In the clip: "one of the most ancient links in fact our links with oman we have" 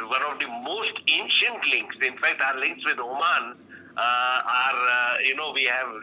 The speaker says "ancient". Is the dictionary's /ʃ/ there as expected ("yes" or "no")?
yes